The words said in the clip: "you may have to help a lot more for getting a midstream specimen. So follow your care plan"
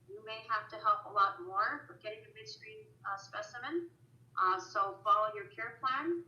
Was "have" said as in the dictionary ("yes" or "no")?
no